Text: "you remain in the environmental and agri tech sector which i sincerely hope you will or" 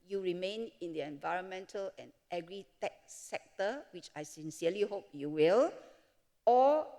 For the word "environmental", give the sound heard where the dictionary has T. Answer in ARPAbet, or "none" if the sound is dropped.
T